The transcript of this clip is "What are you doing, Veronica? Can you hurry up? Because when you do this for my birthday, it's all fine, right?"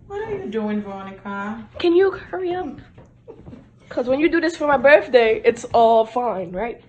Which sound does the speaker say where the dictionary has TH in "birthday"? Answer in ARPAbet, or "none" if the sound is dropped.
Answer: TH